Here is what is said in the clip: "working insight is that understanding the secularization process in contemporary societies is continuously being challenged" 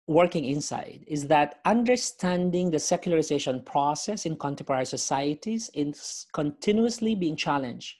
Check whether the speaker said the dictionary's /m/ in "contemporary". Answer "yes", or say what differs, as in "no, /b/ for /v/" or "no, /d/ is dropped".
no, /m/ is dropped